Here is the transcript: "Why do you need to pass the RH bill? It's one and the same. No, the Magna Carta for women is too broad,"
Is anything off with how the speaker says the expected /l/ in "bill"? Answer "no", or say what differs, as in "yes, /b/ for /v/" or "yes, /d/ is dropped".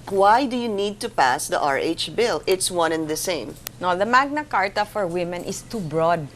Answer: no